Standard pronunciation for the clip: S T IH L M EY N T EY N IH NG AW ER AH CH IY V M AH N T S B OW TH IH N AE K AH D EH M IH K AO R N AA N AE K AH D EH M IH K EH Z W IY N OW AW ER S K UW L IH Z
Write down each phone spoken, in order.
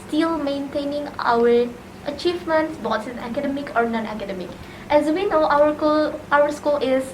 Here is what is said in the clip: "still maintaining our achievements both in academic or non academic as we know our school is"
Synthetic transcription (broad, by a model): S T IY L M EY N T EY N IH NG AW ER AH CH IY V M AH N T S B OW S IH N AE K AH D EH M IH K AO R N AA N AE K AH D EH M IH K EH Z W IY N OW AW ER S K UW L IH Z